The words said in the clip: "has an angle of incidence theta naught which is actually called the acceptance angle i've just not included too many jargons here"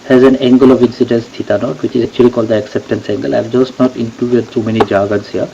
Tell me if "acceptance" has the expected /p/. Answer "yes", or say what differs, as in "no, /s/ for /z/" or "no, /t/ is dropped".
yes